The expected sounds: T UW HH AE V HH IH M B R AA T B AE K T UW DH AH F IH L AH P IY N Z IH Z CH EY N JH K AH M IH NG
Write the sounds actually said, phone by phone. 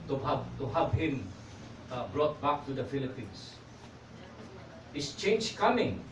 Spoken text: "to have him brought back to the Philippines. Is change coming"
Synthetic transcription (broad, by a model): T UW HH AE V HH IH M B R AA T B AE K T UW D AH F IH L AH P IY N S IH S CH EY N JH K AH M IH NG